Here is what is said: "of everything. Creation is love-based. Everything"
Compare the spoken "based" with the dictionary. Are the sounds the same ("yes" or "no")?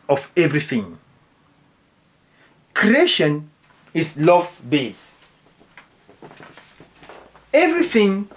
no